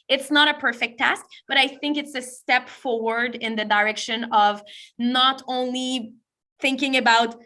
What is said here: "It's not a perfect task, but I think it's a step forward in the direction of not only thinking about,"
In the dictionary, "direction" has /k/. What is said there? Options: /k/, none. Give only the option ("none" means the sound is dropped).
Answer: /k/